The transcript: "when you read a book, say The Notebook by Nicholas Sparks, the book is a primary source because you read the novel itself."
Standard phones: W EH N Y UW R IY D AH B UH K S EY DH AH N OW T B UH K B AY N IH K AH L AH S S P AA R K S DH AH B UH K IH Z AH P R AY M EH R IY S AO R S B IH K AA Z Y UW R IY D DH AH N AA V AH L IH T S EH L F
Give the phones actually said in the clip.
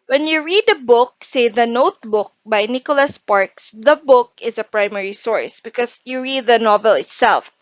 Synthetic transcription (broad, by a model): W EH N Y UW R IY D AH B UH K S EY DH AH N OW T B UH K B AY N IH K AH L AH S S P AA R K S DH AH B UH K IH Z AH P R AY M EH R IY S AO R S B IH K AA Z Y UW R IY D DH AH N AA V AH L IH T S EH L F